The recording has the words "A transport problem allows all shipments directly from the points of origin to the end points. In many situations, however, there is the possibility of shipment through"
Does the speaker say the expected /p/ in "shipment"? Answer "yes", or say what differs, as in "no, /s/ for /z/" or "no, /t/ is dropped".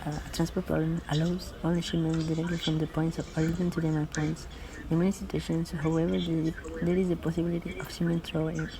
no, /p/ is dropped